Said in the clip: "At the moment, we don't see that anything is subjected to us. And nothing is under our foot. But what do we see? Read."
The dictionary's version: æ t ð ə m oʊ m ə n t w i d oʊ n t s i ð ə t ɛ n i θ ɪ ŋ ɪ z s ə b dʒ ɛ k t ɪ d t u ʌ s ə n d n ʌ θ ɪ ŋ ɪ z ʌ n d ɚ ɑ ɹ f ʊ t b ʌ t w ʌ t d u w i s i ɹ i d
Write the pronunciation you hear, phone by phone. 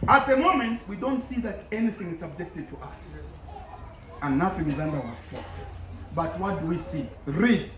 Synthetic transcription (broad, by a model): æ t ð ə m oʊ m ə n t w i d oʊ n t s i ð ə t ɛ n i θ ɪ ŋ ɪ z s ə b dʒ ɛ k t ɪ d t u ʌ s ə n n ʌ θ ɪ ŋ ɪ z ʌ n d ɚ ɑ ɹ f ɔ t b ʌ t w ʌ t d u w i s i ɹ i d